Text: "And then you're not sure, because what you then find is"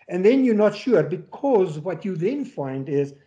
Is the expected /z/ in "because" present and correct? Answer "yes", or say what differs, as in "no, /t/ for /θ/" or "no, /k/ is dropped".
yes